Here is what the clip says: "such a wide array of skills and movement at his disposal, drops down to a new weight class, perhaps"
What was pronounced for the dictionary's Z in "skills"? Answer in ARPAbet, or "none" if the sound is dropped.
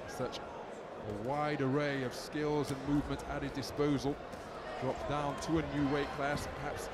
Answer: Z